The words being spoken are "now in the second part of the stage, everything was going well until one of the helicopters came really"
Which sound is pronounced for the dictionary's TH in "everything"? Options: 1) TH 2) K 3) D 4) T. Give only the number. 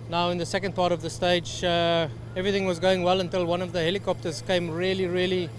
1